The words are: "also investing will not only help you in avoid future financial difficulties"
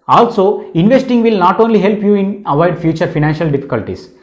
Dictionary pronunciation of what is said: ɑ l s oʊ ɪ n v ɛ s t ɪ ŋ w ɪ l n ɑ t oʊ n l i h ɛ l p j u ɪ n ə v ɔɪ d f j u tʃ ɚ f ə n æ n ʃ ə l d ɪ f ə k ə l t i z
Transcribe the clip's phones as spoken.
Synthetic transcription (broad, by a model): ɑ l s oʊ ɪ n v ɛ s t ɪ ŋ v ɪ l n ɑ t oʊ n l i h ɛ l p j u ɪ n ə v ɔɪ d f j u tʃ ɚ f ə n æ n ʃ ə l d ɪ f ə k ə l t i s